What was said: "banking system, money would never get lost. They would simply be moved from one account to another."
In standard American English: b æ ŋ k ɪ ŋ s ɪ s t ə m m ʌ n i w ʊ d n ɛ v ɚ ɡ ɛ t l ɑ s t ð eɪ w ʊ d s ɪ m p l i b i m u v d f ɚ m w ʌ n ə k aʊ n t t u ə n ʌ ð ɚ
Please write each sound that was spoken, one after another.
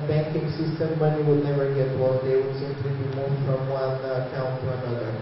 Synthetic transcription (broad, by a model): b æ ŋ k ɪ ŋ s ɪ s t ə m m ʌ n i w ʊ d n ɛ v ɚ ɡ ɛ t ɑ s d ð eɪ w ʊ d s ɪ m p l i b i m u f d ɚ m w ʌ n ə k aʊ n t t u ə n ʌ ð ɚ